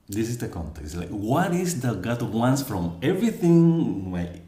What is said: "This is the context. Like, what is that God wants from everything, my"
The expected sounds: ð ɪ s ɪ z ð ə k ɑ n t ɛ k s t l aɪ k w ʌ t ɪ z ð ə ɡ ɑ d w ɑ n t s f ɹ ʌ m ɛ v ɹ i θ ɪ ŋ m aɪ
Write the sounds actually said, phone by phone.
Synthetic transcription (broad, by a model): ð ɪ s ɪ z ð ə k ɑ n t ɛ k s t l aɪ k w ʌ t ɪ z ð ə ɡ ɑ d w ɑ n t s f ɹ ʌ m ɛ v ɹ i θ ɪ ŋ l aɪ